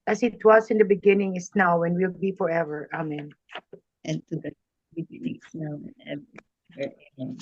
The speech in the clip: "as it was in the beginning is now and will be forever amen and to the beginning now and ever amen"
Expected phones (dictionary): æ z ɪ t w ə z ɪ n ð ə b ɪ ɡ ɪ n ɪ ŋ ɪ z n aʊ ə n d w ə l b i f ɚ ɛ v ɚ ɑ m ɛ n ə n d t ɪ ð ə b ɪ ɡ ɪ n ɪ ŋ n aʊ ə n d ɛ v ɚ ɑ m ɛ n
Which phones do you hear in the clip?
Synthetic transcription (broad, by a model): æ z ɪ t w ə s ɪ n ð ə b ɪ ɡ ɪ n ɪ ŋ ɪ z n aʊ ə n w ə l b i f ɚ ɛ v ɚ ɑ m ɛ n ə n t ɪ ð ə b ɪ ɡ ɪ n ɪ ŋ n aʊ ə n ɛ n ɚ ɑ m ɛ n